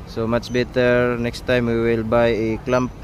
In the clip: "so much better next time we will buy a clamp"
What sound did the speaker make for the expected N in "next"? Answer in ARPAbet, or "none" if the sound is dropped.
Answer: N